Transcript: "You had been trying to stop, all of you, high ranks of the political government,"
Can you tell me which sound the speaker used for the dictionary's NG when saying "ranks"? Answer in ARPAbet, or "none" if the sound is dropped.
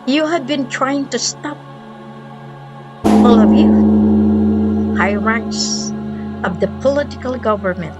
none